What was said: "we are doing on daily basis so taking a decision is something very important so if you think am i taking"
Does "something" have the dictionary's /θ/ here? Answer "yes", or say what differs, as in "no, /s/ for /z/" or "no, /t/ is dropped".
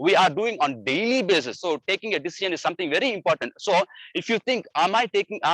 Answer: no, /t/ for /θ/